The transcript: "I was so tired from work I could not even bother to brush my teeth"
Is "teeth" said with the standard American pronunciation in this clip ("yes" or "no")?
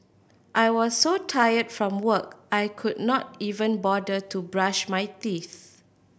yes